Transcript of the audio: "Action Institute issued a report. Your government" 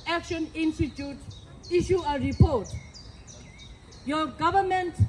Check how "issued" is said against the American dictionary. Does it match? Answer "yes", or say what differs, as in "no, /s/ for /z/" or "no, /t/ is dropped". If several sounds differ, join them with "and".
no, /d/ is dropped